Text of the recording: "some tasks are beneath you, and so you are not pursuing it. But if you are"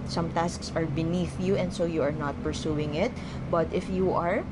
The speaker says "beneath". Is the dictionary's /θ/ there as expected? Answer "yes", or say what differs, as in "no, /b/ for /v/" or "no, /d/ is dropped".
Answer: yes